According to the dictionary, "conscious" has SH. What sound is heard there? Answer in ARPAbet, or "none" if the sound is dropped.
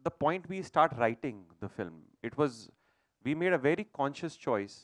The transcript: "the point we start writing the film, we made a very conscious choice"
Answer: SH